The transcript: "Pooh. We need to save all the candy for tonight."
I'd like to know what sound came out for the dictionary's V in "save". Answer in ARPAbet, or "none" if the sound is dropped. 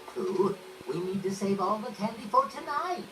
V